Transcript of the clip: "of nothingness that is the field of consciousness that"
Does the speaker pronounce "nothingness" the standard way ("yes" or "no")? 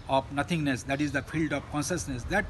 no